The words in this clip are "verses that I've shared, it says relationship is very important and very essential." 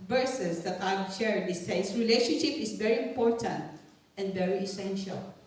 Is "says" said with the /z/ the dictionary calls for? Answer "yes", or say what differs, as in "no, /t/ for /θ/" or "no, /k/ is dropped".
no, /s/ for /z/